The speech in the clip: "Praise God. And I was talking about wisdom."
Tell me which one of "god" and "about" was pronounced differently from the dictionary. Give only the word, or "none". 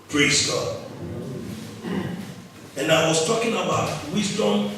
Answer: god